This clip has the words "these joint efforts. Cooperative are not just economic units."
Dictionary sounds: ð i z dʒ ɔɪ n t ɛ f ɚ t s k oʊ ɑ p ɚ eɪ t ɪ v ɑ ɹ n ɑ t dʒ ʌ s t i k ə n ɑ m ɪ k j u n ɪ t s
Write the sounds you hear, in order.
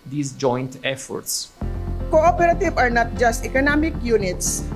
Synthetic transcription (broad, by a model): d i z dʒ ɔɪ n t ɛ f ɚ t s k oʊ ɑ p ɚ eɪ t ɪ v ɑ ɹ n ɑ t dʒ ʌ s t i k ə n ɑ m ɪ k j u n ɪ t s